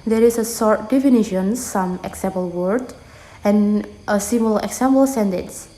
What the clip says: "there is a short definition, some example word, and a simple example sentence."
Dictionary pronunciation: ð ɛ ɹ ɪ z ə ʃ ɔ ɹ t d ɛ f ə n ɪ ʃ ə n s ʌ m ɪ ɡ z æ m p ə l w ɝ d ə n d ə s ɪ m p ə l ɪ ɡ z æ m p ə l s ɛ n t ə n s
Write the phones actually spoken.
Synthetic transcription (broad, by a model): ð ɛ ɹ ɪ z ə s ɔ ɹ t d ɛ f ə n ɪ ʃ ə n s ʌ m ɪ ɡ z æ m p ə l w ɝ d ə n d ə s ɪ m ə l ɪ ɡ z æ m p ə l s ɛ n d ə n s